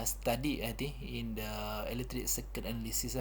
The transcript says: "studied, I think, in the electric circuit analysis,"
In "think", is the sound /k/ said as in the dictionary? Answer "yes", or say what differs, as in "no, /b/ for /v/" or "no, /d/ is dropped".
no, /k/ is dropped